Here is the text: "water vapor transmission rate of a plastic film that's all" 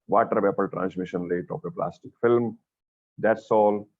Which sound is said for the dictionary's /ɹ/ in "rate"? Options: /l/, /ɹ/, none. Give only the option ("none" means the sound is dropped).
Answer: /l/